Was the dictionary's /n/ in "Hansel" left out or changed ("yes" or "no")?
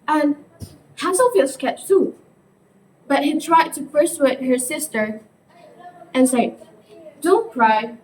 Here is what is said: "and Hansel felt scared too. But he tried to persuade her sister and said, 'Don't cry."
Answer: yes